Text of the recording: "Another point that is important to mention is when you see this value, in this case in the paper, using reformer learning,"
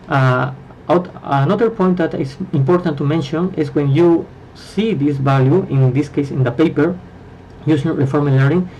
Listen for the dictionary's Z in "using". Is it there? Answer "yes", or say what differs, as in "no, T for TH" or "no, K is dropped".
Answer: no, S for Z